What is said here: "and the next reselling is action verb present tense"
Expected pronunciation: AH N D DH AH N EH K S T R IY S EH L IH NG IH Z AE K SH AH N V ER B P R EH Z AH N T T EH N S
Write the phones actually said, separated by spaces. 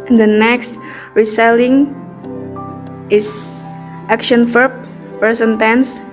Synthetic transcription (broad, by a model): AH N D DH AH N EH K S T R IY S EH L IH NG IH S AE K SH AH N F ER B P EH S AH N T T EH N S